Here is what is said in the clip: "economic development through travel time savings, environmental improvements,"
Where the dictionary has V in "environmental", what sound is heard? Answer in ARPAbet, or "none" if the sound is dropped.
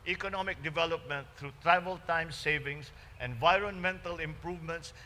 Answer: V